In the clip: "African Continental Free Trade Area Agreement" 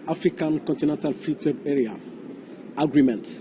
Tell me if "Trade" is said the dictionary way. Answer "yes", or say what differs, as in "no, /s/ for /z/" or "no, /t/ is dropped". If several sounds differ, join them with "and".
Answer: no, /w/ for /ɹ/